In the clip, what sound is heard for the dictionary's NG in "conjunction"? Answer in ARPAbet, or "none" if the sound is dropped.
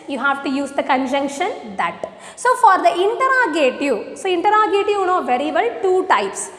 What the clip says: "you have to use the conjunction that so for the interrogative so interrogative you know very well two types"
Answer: NG